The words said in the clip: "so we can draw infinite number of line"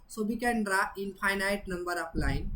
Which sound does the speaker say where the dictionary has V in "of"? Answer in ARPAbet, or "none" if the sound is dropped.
P